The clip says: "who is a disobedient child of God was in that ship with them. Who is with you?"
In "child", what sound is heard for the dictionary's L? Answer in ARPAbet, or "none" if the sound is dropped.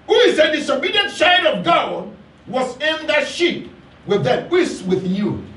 none